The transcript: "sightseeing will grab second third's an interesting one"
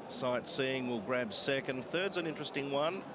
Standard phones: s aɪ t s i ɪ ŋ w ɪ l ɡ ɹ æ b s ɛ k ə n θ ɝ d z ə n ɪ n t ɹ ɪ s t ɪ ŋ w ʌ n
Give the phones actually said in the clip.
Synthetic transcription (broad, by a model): s aɪ t s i ɪ ŋ w ɪ l ɡ ɹ æ b s ɛ k ə n θ ɝ d z ə n ɪ n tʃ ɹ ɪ s t ɪ ŋ w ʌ n